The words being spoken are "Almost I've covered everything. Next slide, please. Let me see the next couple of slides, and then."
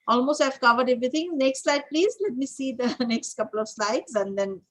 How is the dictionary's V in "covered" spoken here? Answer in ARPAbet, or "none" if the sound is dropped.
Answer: V